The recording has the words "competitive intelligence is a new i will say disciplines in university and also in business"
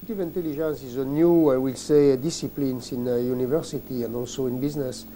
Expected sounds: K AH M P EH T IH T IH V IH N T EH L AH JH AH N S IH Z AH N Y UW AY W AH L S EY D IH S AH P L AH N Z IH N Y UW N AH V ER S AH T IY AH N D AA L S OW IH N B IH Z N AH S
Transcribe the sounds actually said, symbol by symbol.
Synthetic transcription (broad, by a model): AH T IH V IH N T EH L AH ZH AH N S IH Z AH N Y UW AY W AH L S EY D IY S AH P L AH N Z IH N Y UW N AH V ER S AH T IY AH N D AA L S OW IH N B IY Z N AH S